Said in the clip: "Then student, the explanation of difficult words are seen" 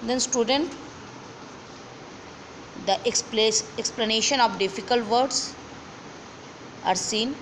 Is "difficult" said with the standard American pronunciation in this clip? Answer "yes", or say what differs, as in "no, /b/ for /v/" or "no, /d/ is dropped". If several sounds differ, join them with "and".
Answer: yes